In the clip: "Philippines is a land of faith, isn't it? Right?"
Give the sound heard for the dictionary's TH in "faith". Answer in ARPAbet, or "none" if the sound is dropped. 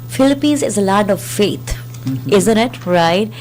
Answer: T